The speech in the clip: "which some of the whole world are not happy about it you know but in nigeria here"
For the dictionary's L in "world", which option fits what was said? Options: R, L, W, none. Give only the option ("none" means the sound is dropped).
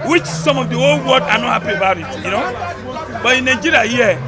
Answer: none